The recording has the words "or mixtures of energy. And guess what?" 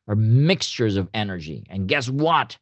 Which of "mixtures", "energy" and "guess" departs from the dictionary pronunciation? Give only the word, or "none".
none